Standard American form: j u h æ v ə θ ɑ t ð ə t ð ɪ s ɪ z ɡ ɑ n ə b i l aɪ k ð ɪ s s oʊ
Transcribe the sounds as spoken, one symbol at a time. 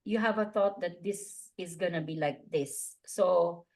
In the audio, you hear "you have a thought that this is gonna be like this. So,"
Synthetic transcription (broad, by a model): j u h æ v ə θ ɑ t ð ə t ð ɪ s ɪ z ɡ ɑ n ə b i l aɪ k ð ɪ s s oʊ